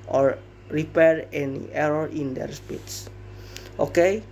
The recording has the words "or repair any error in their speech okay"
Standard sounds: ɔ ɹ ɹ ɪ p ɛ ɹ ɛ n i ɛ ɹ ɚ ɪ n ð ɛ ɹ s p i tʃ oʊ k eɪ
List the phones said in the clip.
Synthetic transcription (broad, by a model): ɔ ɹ ɹ ɪ p ɛ ɹ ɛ n i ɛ ɹ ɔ ɪ n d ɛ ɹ s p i s oʊ k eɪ